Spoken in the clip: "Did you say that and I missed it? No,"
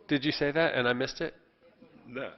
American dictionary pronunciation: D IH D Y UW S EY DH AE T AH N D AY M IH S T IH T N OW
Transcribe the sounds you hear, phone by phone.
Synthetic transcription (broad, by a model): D IH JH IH S EY DH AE T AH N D AY M IH S T IH T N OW